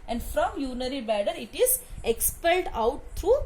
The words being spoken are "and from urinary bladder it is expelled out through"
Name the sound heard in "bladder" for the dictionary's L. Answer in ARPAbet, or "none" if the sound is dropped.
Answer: none